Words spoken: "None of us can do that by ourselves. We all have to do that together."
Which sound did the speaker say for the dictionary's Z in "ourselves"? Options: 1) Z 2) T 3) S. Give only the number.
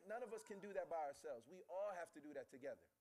1